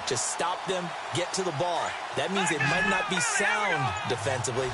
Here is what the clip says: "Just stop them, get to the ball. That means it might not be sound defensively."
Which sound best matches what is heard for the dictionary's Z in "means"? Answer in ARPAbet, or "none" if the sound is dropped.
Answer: Z